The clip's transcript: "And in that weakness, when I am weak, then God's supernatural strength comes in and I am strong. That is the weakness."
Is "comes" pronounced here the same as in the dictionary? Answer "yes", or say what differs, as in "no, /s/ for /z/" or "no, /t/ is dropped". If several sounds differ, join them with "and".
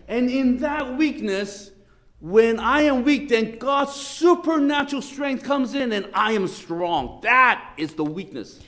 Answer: yes